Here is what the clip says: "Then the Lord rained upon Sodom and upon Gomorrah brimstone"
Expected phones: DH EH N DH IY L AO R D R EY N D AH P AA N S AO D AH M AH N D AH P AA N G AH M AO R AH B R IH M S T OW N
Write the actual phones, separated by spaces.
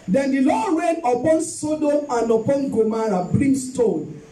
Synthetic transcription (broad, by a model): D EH N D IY L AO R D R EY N AH P AA N S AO D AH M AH N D AH P AA N G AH M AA R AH B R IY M S T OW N